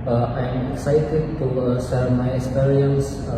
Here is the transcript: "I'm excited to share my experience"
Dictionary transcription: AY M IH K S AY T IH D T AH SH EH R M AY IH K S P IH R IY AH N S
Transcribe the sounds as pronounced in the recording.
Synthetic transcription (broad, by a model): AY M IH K S AY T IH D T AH S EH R M AY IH K S P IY R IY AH N S